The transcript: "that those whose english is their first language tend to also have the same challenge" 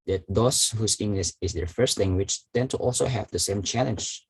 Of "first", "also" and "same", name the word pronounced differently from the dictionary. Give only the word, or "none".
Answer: none